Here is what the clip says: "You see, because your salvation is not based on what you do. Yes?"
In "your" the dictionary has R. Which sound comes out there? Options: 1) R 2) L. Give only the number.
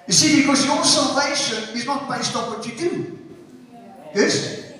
2